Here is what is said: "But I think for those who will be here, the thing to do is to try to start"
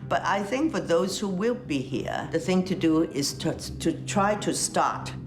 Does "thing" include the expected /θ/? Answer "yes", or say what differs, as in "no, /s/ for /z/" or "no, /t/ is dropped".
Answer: yes